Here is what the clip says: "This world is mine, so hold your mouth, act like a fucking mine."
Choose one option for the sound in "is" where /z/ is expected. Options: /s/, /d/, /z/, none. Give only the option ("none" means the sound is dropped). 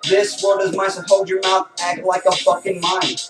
/z/